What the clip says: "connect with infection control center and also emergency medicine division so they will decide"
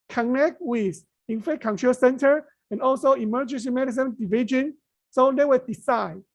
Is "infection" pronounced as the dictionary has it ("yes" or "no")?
no